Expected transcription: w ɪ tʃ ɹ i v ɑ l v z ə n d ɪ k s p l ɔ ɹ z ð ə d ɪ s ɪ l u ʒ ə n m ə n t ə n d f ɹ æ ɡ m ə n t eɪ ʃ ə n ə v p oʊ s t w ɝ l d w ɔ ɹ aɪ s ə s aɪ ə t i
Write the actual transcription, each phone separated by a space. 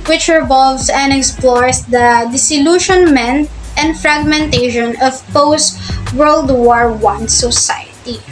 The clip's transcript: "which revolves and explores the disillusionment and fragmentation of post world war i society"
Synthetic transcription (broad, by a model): w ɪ tʃ ɹ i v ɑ l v s ə n d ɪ k s p l ɔ ɹ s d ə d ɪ s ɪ l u ʃ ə n m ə n t ə n d f ɹ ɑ ɡ m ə n t eɪ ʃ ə n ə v p oʊ s t w ɝ l d w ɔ ɹ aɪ s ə s aɪ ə t i